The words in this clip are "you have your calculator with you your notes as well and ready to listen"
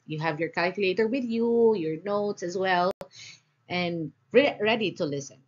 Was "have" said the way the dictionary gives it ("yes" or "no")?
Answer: yes